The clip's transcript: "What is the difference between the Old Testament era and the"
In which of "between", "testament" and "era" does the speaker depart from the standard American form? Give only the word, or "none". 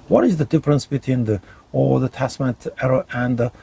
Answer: testament